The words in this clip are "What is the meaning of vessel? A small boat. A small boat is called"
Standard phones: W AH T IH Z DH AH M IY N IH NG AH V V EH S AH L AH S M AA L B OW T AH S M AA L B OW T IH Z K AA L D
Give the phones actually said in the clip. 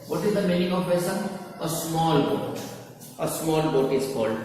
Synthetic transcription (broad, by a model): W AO T IH Z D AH M IY N IH NG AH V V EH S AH N AH S M AA L B OW T AH S M AA L B OW T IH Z K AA L D